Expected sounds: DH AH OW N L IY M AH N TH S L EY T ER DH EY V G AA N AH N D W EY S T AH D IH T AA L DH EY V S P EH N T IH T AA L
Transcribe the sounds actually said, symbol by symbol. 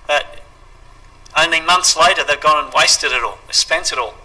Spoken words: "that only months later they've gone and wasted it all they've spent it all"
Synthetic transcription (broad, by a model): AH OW N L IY M AH N TH S L EY T ER DH EY V G AA N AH N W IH S T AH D IH T AA L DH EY S P EH N T IH T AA L